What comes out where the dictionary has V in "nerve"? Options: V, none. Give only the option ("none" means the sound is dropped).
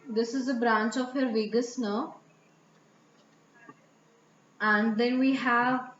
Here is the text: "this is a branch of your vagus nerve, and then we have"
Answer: none